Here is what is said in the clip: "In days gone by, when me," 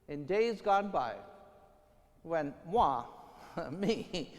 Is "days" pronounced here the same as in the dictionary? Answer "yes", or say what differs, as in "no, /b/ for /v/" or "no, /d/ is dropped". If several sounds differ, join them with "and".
yes